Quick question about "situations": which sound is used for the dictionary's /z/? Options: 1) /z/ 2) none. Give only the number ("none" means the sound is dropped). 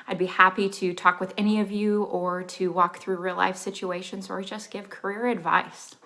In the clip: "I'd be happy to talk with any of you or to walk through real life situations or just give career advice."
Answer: 1